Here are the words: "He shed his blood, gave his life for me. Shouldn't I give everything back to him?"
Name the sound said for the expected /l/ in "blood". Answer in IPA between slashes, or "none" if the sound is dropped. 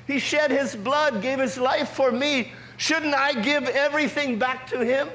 /l/